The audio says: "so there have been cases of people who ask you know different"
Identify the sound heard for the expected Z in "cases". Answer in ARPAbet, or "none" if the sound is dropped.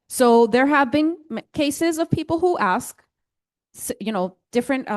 Z